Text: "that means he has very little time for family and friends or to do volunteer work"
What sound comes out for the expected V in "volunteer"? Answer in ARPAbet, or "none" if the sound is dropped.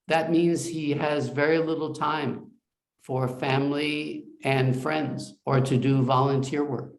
V